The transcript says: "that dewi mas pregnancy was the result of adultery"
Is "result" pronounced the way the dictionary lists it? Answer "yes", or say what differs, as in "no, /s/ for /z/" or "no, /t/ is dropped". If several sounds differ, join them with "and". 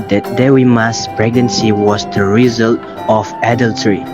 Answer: yes